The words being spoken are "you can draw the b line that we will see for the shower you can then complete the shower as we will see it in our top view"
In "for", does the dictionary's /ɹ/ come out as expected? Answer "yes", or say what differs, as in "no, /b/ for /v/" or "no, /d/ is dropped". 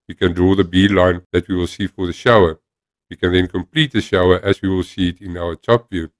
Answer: yes